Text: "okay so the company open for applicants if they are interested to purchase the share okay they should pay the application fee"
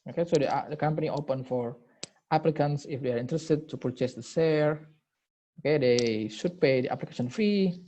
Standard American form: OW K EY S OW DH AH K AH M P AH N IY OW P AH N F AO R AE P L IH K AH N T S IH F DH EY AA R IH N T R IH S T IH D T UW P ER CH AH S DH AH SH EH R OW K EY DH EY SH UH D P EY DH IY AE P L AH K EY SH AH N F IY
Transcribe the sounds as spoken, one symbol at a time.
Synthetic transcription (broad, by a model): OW K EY S OW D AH K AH M P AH N IY OW P AH N F AO R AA P L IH K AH N S IH F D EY AA R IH N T R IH S T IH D T UW P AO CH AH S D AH S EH R OW K EY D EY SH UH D P EY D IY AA P L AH K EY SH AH N F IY